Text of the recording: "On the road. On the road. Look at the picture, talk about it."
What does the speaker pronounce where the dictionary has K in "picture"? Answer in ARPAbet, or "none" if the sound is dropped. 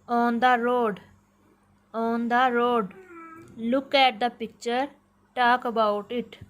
K